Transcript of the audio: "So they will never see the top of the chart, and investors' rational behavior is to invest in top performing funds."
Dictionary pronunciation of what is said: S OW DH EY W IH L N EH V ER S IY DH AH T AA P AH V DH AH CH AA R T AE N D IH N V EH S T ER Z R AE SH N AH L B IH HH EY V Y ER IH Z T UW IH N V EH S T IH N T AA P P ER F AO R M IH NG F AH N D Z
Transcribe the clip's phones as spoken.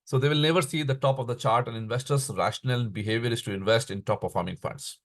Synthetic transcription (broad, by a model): S OW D EY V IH L N EH V ER S IY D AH T AA P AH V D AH CH AA R T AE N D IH N V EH S T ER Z R AE SH N AH L B IH HH EY V Y ER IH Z T UW IH N V EH S T IH N T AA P P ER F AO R M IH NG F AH N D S